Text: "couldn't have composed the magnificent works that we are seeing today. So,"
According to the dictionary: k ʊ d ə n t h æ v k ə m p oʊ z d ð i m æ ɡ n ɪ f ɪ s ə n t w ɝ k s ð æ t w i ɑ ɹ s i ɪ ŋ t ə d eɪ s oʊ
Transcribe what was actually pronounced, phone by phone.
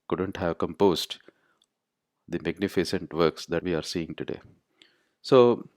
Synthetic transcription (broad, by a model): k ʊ d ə n t h æ v k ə m p oʊ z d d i m æ ɡ n ɪ f ɪ s ə n t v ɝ k s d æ t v i ɑ ɹ s i ɪ ŋ t ə d eɪ s oʊ